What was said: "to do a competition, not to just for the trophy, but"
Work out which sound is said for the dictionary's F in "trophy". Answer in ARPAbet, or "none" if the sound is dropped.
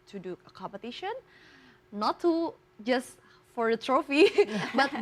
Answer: F